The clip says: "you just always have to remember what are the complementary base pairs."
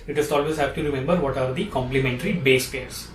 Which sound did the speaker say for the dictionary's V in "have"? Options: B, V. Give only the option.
B